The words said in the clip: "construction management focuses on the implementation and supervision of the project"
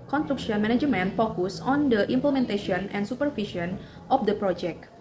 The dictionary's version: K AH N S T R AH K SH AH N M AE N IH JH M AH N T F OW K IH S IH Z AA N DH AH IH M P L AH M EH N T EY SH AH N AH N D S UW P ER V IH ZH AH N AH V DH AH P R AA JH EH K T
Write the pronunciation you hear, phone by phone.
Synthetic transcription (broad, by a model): K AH N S T R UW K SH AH N M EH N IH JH M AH N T F OW K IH S AA N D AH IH M P L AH M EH N T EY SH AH N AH N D S UW P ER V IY SH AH N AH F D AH P R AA JH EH K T